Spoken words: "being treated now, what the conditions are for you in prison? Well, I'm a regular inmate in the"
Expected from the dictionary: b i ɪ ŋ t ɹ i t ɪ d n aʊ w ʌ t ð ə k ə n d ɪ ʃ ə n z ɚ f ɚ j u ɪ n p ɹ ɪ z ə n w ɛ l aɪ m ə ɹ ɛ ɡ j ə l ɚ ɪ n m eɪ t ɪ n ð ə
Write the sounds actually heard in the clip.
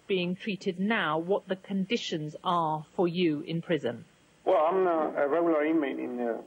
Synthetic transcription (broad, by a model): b i ɪ ŋ t ɹ i t ɪ d n aʊ w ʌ t ð ə k ə n d ɪ ʃ ə n z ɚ f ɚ j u ɪ n p ɹ ɪ z ə n w ɛ l aɪ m ə ɹ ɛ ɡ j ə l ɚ ɪ n m eɪ t ɪ n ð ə